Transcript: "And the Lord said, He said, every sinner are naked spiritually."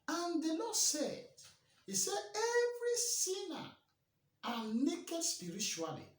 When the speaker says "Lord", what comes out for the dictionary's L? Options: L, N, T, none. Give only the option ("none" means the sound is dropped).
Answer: N